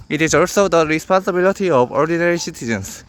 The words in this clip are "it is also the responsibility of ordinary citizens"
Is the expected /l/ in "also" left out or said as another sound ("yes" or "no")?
no